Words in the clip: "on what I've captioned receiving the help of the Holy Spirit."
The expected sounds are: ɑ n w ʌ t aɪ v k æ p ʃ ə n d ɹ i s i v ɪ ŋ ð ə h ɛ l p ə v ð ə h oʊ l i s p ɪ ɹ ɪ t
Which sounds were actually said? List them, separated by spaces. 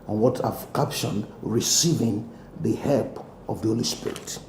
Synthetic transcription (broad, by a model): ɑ n w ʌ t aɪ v k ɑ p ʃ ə n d ɹ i s i v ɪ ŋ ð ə h ɛ l p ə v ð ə h oʊ l i s p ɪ ɹ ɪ t